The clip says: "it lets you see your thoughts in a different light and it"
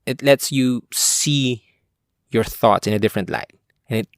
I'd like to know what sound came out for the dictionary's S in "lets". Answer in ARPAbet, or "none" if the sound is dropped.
S